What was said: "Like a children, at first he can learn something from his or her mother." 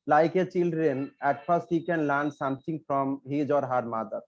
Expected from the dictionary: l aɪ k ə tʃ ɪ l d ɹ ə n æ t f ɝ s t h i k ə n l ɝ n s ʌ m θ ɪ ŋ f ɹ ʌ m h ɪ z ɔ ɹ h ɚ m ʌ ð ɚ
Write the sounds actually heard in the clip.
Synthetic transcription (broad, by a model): l aɪ k ə tʃ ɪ l d ɹ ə n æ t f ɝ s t h i k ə n l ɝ n s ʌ m t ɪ ŋ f ɹ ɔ m h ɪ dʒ ɔ ɹ h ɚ m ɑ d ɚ